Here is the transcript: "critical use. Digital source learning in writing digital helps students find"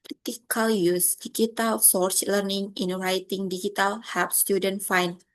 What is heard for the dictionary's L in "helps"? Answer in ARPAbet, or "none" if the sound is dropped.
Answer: none